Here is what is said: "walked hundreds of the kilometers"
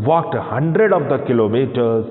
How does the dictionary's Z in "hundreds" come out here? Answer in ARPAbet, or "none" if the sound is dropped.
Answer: none